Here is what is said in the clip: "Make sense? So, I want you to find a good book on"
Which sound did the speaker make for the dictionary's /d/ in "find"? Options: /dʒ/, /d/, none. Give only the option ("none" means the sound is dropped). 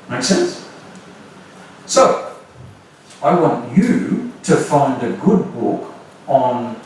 /d/